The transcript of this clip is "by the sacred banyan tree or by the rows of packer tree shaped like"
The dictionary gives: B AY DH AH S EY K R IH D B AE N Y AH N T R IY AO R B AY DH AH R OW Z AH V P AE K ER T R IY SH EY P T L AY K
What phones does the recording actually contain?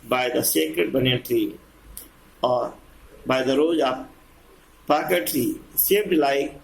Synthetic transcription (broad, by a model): B AY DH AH S EY K R IH D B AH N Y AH T R IY AO R B AY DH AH R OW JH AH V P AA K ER T R IY S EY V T L AY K